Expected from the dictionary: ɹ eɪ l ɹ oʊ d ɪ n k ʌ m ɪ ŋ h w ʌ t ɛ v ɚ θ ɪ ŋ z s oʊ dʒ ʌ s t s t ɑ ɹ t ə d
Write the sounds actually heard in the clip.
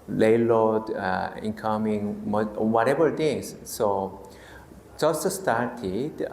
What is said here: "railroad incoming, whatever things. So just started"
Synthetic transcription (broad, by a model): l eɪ l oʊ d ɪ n k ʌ m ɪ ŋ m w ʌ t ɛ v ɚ t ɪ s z s oʊ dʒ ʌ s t s t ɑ ɹ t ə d